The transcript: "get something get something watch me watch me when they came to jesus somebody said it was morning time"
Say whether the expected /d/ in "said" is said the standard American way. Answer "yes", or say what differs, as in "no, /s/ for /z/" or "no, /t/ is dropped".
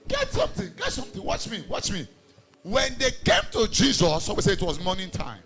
no, /d/ is dropped